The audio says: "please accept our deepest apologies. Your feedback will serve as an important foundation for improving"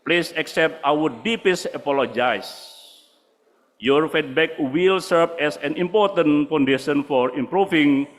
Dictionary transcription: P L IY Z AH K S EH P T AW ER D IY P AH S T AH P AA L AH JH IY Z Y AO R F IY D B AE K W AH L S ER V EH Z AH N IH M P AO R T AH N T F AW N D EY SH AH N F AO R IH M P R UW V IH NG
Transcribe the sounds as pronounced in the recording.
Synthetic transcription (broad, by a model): P L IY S AH K S EH P T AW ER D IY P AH S AH P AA L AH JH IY S Y AO R F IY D B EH K W AH L S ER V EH S AH N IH M P AO R T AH N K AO N D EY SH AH N F AO R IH M P R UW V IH NG